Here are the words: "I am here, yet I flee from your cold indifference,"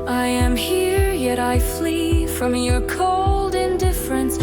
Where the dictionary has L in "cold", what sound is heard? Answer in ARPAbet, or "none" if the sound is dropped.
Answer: L